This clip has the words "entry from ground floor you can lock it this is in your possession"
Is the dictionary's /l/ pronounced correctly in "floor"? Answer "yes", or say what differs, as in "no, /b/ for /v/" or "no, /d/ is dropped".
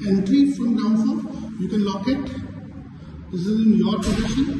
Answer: no, /l/ is dropped